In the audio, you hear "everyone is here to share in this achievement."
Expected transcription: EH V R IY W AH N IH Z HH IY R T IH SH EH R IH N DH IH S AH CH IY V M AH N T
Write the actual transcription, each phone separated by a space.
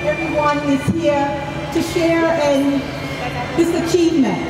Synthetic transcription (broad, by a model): EH V R IY W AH N IH Z HH IY R T IH SH EH R IH N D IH S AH CH IY V M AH N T